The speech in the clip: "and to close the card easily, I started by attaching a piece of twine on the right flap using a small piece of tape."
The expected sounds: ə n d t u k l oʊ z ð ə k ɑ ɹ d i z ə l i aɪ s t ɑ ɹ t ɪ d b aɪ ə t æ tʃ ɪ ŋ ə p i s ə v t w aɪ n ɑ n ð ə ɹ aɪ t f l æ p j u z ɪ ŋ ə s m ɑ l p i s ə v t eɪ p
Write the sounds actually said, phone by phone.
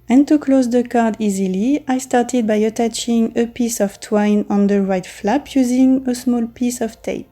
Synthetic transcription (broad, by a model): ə n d t u k l oʊ z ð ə k ɑ ɹ d i z ə l i aɪ s t ɑ ɹ t ɪ d b aɪ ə t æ tʃ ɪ ŋ ə p i s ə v t w aɪ n ɑ n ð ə ɹ aɪ t f l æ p j u z ɪ ŋ ə s m ɑ l p i s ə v t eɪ p